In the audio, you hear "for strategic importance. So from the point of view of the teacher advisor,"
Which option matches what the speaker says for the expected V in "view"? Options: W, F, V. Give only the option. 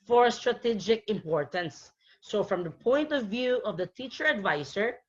V